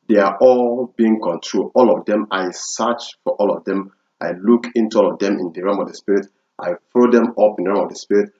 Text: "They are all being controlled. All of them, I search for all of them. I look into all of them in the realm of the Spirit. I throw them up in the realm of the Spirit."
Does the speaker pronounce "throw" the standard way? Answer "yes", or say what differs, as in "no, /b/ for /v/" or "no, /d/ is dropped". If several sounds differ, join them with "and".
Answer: no, /f/ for /θ/